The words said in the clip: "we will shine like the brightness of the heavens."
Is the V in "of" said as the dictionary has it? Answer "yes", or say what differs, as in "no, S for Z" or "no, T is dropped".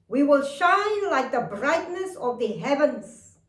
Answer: yes